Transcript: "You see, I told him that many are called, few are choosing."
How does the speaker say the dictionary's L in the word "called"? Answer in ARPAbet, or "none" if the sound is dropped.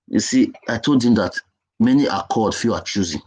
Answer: none